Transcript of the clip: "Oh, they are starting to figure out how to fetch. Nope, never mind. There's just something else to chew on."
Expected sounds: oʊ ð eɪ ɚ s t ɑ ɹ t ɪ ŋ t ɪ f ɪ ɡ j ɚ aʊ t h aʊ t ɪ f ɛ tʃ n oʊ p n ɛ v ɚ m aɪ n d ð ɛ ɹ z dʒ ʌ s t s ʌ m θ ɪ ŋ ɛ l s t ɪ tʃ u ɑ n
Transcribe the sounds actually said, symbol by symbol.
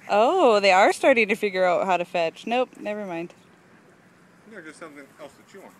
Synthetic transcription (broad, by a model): oʊ ð eɪ ɚ s t ɑ ɹ t ɪ ŋ t ɪ f ɪ ɡ j ɚ aʊ t h aʊ t ɪ f ɛ tʃ n oʊ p n ɛ v ɚ m aɪ n d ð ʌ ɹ dʒ ʌ s t s ʌ m θ ɪ ŋ ɛ l s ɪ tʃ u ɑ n